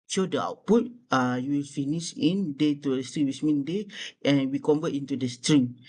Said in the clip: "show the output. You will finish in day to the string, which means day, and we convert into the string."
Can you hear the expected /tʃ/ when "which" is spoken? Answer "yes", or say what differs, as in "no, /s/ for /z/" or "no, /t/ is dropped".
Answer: no, /s/ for /tʃ/